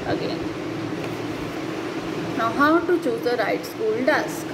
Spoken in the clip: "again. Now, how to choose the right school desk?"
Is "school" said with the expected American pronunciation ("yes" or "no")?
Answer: no